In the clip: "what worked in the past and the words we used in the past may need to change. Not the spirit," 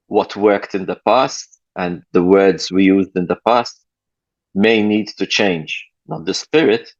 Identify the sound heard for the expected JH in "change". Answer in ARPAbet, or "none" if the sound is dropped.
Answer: JH